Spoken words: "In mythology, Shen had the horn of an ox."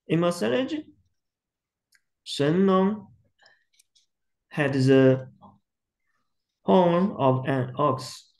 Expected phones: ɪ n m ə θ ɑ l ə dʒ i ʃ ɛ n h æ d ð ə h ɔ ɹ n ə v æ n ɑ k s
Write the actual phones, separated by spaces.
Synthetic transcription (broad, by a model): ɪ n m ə s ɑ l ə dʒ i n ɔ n h æ d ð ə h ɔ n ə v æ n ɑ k s